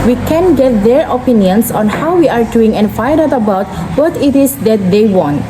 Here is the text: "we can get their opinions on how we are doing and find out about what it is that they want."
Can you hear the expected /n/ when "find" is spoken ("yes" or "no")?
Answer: no